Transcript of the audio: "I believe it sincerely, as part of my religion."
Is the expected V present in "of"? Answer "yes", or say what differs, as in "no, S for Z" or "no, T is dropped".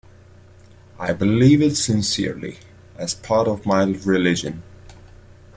yes